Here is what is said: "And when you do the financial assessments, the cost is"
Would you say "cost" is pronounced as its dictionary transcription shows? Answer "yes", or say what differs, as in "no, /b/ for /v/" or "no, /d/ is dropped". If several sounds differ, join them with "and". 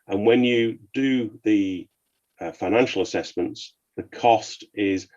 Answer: yes